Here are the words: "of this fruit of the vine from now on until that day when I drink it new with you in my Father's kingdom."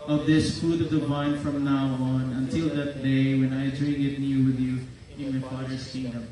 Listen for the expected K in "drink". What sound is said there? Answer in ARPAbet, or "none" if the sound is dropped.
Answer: none